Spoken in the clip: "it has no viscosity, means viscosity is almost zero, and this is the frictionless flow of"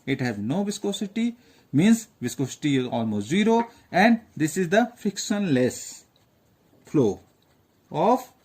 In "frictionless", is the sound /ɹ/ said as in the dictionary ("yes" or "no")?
no